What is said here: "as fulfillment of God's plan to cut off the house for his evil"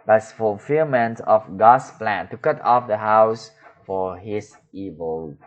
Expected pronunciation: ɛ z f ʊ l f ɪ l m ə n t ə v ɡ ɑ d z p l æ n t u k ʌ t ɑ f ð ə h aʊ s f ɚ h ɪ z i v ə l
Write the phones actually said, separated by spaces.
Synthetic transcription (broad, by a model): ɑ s f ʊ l f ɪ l m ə n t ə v ɡ ɑ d s p l æ n t u k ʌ t ɑ f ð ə h aʊ s f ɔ h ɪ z i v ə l